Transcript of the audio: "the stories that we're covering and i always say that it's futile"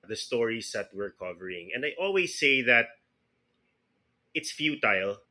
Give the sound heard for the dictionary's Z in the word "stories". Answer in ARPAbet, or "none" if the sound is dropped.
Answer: S